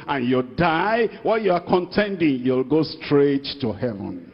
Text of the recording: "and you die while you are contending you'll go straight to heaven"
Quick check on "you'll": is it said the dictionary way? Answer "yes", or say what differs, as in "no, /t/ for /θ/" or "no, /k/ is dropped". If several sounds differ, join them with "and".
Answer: yes